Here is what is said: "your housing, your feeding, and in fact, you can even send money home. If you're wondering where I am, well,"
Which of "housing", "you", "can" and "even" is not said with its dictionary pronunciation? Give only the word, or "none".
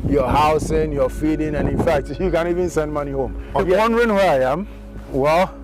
housing